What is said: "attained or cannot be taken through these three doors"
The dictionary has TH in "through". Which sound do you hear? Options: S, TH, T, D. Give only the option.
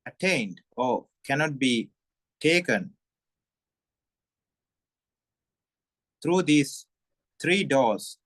T